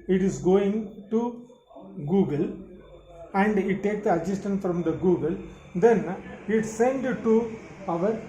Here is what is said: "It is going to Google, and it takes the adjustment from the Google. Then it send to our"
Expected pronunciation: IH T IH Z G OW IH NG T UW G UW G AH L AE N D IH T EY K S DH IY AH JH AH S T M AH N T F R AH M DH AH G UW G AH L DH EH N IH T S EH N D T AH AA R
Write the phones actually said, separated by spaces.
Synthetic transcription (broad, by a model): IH T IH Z G OW IH NG T UW G UW G AH L AE N D IH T EY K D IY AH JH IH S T AH N F R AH M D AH G UW G AH L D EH N IH T S EH N D T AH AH R